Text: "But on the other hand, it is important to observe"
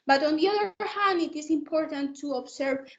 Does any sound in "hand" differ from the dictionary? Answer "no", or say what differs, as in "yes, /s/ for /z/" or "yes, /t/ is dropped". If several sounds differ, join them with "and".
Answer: yes, /d/ is dropped